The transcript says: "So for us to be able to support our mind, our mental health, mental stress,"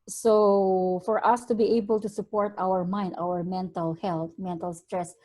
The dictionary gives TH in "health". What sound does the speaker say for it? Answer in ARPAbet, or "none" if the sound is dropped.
T